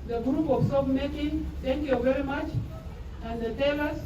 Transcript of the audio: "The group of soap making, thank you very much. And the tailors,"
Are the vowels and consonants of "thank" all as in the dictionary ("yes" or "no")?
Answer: no